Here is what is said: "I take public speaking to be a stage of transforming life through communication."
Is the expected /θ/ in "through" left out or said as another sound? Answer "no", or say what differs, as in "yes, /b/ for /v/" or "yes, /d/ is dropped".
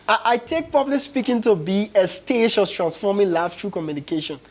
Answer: yes, /t/ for /θ/